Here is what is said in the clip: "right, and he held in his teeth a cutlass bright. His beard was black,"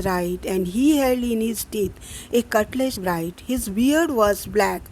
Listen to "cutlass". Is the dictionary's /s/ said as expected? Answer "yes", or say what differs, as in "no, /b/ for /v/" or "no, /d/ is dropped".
no, /ʃ/ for /s/